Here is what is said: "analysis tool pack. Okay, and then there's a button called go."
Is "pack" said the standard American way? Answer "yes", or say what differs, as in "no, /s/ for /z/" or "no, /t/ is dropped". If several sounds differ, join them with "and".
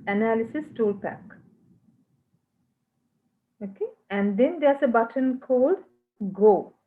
yes